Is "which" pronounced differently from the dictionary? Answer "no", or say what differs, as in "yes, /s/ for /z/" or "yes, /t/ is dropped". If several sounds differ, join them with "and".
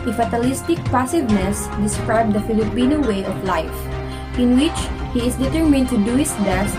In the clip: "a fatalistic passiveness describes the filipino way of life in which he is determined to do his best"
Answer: no